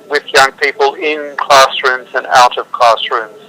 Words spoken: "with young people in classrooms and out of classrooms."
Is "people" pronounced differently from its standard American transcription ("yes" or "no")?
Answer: no